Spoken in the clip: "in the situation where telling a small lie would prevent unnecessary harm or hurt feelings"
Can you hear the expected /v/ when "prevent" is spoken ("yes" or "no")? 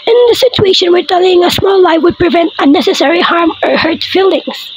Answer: yes